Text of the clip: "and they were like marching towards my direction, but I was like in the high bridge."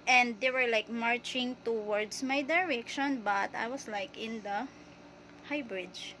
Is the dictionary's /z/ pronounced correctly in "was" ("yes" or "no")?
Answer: no